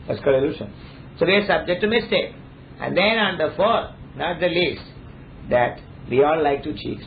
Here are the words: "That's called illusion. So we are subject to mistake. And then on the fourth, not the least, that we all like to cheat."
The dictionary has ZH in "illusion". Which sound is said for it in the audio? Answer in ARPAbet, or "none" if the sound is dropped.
SH